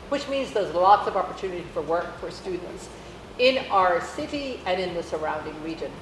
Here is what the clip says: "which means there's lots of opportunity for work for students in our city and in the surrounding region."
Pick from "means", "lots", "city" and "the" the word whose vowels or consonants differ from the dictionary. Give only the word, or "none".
none